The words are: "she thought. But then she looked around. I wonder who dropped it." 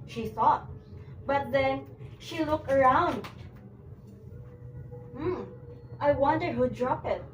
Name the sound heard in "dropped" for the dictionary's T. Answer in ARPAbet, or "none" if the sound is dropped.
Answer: none